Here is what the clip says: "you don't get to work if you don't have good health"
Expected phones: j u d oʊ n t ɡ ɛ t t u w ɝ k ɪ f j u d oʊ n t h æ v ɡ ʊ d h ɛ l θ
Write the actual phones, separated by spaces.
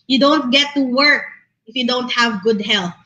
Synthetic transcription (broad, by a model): j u d oʊ n t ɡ ɛ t t u w ɝ k ɪ f j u d oʊ n t h æ v ɡ ʊ d h ɛ l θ